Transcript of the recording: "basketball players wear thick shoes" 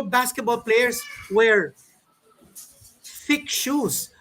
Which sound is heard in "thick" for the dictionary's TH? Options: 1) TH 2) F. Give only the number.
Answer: 2